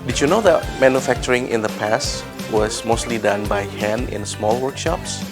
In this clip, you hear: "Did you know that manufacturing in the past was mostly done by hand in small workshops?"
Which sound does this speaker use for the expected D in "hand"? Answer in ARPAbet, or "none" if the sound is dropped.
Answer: none